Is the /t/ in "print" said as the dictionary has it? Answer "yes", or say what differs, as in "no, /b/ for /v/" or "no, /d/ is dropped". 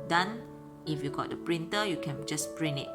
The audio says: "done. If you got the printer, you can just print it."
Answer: no, /t/ is dropped